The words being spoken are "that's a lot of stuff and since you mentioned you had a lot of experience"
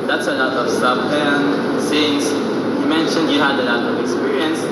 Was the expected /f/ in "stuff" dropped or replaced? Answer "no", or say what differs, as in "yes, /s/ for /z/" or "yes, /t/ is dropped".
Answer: yes, /p/ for /f/